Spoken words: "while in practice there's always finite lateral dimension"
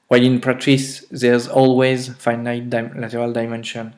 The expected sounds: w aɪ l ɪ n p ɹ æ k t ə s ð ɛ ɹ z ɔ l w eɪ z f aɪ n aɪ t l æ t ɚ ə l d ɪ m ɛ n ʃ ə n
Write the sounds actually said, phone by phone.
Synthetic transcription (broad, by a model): w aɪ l ɪ n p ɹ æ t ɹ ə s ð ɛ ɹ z ɔ l w eɪ z f aɪ n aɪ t l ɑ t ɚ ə l d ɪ m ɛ n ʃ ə n